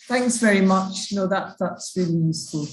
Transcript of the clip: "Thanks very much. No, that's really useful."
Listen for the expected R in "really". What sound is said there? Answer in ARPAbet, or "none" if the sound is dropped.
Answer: R